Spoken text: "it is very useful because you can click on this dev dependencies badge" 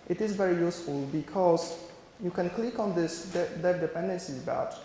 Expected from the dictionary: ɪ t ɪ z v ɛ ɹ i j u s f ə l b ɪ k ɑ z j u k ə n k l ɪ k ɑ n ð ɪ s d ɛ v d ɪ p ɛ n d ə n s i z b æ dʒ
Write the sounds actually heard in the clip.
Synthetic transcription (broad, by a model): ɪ t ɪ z v ɛ ɹ i j u s f ə l b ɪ k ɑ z j u k ə n k l ɪ k ɑ n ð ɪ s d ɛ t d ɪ p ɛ n d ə n s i b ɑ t